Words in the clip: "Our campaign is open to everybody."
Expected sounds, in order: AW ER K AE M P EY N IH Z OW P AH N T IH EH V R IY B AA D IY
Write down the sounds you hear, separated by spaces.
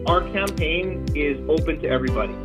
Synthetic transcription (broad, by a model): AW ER K AE M P EY N IH Z OW P AH N T IH EH V R IY B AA D IY